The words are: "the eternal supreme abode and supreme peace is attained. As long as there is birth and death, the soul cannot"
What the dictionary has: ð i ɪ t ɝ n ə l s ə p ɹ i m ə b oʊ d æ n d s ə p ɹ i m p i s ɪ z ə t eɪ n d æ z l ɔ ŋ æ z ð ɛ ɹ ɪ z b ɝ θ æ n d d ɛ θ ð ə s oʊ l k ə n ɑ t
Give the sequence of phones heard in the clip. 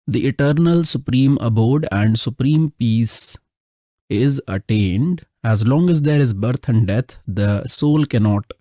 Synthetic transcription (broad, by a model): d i ɪ t ɝ n ə l s ə p ɹ i m ə b oʊ d æ n d s ə p ɹ i m p i s ɪ z ə t eɪ n d æ z l ɔ ŋ æ z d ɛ ɹ ɪ z b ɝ t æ n d d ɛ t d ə s oʊ l k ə n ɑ t